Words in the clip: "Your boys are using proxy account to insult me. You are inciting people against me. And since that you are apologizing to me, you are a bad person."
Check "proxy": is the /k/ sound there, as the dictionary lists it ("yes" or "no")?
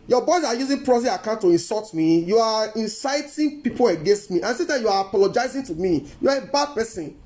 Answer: no